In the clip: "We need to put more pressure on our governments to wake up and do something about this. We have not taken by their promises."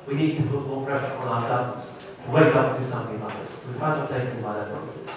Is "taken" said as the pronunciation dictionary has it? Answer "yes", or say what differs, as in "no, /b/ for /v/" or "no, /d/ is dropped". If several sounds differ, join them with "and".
no, /k/ is dropped